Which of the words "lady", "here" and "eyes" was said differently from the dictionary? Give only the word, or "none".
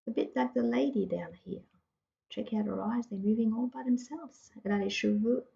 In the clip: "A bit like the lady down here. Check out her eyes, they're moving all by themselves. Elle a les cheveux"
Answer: none